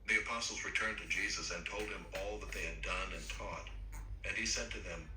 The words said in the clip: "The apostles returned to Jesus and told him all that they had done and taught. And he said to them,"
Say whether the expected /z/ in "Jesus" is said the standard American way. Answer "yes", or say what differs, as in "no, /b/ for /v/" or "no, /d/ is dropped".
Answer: yes